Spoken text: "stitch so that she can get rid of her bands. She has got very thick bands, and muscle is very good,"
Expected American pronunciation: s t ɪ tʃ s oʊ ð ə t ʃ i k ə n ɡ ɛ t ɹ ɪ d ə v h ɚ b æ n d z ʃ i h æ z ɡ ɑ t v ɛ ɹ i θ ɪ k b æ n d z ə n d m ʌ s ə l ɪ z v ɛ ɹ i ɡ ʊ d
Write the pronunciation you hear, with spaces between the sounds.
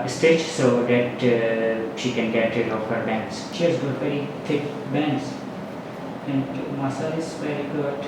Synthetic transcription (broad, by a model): s t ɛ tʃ s oʊ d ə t ʃ i k ə n ɡ ɛ t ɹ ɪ ə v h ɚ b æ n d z ʃ i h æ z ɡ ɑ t v ɛ ɹ i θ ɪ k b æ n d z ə n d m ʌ s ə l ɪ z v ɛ ɹ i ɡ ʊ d